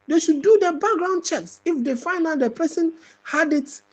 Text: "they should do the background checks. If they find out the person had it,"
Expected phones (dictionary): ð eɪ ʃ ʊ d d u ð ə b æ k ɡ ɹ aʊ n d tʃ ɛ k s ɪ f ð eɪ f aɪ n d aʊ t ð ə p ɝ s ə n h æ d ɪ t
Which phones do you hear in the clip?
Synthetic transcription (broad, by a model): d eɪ ʃ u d d u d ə b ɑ k ɡ ɹ aʊ n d tʃ ɛ k s ɪ f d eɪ f aɪ n aʊ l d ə p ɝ s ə n h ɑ d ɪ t